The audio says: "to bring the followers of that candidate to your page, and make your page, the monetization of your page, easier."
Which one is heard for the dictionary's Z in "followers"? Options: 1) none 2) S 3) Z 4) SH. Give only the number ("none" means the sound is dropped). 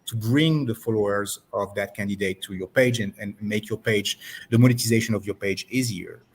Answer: 3